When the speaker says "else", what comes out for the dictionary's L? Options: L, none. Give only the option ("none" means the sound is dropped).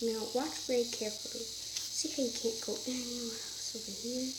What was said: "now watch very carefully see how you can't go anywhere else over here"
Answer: none